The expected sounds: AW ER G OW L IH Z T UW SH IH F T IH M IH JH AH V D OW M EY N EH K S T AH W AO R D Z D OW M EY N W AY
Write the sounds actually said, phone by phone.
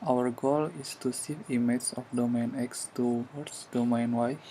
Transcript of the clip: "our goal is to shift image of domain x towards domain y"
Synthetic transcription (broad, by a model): AW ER G OW L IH S T UW S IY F IY M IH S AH F D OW M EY N EH K S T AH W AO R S D OW M EY N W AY